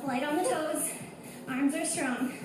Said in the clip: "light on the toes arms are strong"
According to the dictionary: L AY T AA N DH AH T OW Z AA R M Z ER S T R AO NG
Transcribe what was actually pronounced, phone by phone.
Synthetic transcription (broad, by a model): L AY T N DH AH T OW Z AA R M Z ER S T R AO NG